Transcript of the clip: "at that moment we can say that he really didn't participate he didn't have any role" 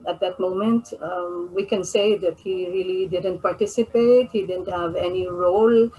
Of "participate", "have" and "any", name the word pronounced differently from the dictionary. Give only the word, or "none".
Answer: none